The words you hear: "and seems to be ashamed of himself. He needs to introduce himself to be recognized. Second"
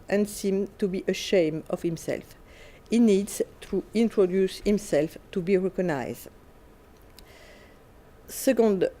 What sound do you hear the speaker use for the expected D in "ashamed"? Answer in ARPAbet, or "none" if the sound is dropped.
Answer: none